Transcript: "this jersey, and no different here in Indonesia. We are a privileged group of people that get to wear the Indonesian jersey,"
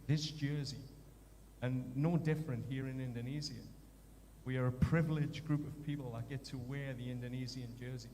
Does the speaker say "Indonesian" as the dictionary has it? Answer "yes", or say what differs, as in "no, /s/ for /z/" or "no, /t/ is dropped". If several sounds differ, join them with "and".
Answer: no, /z/ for /ʒ/